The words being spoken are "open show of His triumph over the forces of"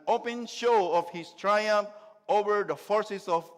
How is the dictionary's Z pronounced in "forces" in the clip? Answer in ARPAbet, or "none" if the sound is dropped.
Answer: S